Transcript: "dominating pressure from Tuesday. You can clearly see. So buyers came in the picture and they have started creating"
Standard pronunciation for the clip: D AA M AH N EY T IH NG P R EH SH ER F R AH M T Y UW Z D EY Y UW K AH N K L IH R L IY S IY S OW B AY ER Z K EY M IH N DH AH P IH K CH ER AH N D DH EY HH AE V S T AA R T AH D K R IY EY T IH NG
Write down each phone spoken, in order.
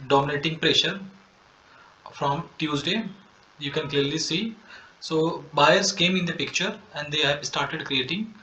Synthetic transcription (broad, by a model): D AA M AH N EY T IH NG P R EH SH ER F R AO M T Y UW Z D EY Y UW K AH N K L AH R L IY S IY S OW B AY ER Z K EY M IH N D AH P IH K CH ER AH N D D EY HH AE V S T AA R T AH D K R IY EY T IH NG